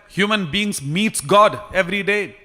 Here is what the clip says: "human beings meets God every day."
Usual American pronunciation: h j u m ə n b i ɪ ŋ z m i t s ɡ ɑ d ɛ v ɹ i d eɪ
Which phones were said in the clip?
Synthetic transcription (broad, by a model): h j u m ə n b i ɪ ŋ s m i t s ɡ ɑ d ɛ v ɹ i d eɪ